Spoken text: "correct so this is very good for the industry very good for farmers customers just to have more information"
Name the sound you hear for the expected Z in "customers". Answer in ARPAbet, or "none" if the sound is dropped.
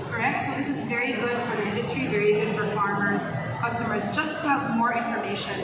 Z